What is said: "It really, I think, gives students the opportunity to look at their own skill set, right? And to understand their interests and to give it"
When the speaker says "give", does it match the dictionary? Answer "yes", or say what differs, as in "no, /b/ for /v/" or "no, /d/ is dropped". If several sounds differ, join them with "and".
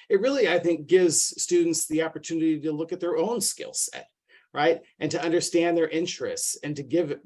yes